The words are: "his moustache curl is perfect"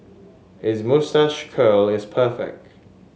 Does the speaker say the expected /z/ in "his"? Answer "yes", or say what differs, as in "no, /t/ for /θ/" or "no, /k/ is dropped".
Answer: yes